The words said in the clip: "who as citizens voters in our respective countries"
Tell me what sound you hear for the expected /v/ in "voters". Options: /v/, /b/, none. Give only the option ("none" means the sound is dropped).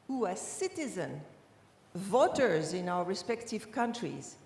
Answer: /v/